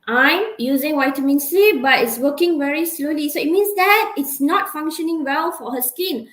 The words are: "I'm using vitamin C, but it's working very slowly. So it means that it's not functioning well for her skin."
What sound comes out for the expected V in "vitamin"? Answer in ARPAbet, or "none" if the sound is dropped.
W